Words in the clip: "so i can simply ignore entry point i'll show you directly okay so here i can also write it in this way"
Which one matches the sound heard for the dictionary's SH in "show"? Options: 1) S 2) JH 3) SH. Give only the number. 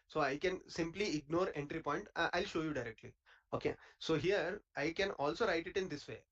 3